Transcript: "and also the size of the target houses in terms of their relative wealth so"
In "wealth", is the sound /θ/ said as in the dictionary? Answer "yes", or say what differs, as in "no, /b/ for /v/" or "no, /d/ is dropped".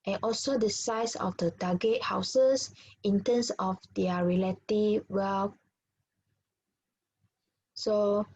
no, /f/ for /θ/